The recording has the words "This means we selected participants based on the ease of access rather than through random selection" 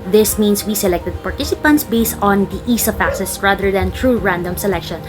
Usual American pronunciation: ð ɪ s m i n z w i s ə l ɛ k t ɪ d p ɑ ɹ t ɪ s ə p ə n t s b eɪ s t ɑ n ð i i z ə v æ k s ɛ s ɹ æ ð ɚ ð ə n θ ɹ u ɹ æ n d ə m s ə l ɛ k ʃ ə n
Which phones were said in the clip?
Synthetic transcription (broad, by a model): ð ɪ s m i n s w i s ə l ɛ k t ɪ d p ɑ ɹ t ɪ s ə p ə n t s b eɪ s t ɑ n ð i i s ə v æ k s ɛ s ɹ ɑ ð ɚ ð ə n t ɹ u ɹ æ n d ə m s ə l ɛ k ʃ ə n